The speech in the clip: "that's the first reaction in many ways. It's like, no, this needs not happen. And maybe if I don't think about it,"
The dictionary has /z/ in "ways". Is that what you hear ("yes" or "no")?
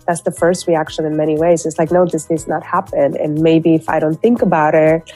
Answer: yes